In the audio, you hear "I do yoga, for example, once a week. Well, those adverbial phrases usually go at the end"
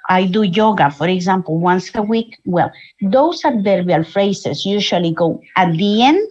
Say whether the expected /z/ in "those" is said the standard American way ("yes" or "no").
no